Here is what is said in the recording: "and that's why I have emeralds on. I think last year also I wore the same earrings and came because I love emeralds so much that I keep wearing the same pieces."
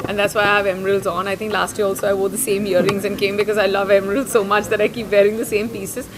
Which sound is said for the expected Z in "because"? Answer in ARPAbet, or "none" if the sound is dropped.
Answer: Z